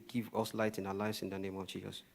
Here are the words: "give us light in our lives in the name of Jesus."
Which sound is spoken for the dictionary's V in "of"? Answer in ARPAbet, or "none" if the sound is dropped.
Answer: V